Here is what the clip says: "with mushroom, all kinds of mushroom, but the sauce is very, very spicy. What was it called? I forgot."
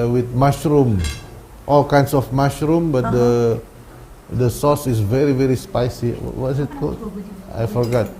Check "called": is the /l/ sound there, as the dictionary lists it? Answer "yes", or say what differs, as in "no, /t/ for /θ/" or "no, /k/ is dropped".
no, /l/ is dropped